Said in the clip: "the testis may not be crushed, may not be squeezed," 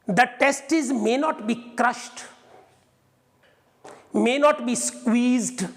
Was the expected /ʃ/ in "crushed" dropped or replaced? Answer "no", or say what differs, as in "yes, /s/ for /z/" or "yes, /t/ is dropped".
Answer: no